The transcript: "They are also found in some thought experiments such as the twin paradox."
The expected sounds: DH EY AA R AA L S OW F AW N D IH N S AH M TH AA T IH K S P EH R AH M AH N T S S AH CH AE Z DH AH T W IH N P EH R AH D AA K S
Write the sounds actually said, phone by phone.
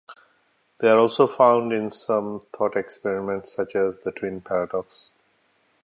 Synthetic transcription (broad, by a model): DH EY AA R AA L S OW F AW N D IH N S AH M T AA T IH K S P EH R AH M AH N T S S AH CH AE Z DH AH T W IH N P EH R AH D AA K S